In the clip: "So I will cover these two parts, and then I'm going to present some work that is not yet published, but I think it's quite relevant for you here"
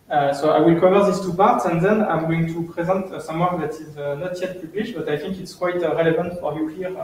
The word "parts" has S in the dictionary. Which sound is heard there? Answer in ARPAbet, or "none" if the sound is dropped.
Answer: S